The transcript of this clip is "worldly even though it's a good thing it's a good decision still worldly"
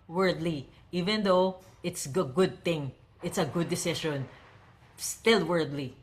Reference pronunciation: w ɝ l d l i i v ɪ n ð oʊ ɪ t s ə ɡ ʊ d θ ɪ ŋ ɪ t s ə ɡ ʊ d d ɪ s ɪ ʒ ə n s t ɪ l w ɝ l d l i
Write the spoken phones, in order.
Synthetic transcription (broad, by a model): w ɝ d l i i v ɪ n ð oʊ ɪ t s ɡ ɡ ʊ d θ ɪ ŋ ɪ t s ə ɡ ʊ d d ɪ s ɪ ʃ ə n s t ɪ l w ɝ d l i